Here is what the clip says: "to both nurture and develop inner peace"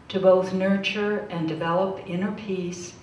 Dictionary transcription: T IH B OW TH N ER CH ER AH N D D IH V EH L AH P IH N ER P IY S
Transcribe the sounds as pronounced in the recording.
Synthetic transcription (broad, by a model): T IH B OW TH N ER CH ER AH N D D IH V EH L AH P IH N ER P IY S